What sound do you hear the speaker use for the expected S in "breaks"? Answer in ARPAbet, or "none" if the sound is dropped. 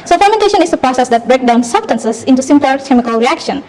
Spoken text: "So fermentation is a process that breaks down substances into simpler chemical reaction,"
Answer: none